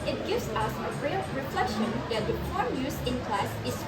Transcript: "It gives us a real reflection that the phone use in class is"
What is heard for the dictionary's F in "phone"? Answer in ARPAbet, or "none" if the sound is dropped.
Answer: P